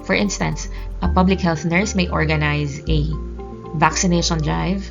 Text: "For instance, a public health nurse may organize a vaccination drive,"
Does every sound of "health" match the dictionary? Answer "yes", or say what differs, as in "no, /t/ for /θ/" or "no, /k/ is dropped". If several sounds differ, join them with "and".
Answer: yes